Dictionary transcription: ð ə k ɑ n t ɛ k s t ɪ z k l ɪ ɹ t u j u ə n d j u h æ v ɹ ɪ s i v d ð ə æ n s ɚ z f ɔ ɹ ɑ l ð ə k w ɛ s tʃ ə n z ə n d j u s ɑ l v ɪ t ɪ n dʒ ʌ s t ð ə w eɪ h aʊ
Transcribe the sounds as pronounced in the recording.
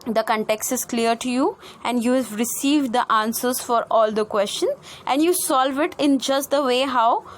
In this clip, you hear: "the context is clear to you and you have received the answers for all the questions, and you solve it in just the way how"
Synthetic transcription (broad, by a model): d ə k ɑ n t ɛ k s t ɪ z k l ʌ ɹ t u j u ə n d j u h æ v ɹ ɪ s i v d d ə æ n s ɚ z f ɔ ɹ ɑ l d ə k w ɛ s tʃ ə n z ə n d j u s ɑ l v ɪ t ɪ n dʒ ʌ s t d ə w eɪ h aʊ